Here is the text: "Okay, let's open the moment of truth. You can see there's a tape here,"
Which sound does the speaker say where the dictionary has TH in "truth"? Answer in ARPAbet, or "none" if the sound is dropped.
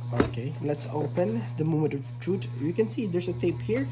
T